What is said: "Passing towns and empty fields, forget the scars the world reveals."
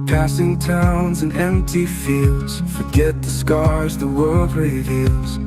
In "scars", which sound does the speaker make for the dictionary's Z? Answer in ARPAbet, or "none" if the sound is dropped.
Z